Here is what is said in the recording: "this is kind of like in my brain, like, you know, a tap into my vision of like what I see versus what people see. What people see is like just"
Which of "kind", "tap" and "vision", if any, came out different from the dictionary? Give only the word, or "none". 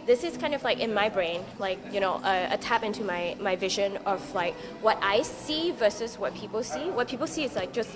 none